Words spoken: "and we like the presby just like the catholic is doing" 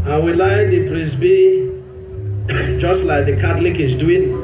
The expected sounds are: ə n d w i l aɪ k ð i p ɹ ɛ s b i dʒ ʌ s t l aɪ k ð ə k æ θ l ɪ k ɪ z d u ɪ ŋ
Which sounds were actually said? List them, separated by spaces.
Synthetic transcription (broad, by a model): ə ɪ w i l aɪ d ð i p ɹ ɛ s b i dʒ ʌ s t l aɪ k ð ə k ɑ t l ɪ k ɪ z d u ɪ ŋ